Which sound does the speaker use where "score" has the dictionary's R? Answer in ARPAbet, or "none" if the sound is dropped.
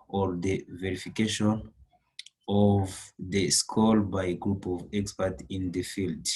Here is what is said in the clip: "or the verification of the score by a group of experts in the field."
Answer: L